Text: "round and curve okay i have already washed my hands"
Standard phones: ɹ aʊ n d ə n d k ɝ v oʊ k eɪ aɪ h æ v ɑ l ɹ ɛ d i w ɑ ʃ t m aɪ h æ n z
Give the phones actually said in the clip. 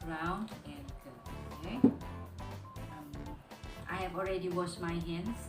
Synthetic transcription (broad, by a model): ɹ aʊ n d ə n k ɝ oʊ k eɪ aɪ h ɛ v ɑ l ɹ ɛ d i w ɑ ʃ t m aɪ h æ n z